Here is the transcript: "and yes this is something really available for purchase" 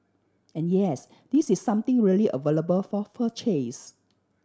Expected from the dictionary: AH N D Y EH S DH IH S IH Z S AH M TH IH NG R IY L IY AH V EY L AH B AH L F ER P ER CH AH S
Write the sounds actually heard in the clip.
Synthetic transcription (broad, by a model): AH N Y EH S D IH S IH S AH M T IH NG R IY L IY AH V EY L AH B AH L F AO F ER CH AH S